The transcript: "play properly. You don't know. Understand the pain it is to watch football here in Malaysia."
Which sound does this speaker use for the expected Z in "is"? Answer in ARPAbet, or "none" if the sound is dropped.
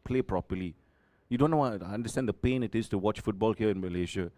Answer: S